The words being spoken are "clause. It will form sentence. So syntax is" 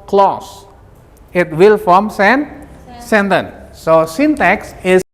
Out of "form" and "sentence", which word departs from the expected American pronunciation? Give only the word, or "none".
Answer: sentence